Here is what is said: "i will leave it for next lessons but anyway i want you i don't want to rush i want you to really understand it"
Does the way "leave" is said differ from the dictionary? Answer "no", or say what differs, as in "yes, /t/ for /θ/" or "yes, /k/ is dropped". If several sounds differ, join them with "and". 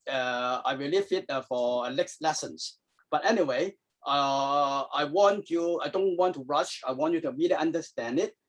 yes, /f/ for /v/